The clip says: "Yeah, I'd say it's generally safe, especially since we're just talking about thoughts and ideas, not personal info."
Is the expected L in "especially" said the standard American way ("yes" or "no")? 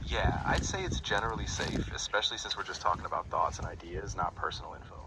yes